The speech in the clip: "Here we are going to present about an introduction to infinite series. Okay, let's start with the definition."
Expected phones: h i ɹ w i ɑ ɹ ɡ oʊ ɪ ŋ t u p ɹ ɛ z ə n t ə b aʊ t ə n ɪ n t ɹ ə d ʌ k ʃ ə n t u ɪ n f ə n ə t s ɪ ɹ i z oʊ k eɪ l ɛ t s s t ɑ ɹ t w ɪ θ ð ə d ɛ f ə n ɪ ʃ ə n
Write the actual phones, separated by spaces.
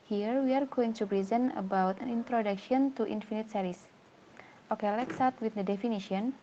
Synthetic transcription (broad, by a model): h i ɹ w i ɑ ɹ ɡ oʊ ɪ ŋ t u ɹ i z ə n ə b aʊ t ə n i n t ɹ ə d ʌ k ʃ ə n t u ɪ n f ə n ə t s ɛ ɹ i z oʊ k eɪ l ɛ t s s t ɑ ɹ t w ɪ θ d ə d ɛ f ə n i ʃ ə n